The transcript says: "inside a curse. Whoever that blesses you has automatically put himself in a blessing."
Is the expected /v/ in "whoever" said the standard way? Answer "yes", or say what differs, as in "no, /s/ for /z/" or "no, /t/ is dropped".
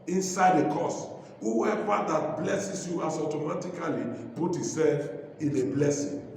no, /w/ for /v/